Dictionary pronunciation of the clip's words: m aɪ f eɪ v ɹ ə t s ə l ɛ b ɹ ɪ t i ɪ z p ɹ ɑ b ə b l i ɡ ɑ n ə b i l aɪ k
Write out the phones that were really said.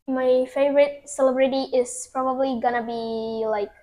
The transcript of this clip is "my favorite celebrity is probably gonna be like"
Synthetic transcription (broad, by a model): m aɪ f eɪ v ɹ ə t s ə l ɛ b ɹ ɪ t i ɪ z p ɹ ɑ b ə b l i ɡ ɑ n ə b i l aɪ k